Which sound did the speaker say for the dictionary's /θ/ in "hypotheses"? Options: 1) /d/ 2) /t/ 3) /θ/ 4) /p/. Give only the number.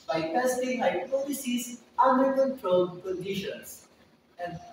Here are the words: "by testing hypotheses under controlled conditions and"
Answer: 2